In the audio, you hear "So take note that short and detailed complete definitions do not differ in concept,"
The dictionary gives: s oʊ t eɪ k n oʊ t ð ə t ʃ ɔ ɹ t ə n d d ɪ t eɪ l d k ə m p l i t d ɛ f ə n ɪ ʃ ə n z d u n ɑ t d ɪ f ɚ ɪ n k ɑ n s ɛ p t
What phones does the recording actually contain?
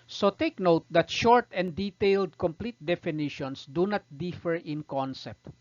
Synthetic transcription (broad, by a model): s oʊ t eɪ k n oʊ t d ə t ʃ ɔ ɹ t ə n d d ɪ t eɪ l d k ə m p l i t d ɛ f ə n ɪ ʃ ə n s d u n ɑ t d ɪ f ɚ ɪ n k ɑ n s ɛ p t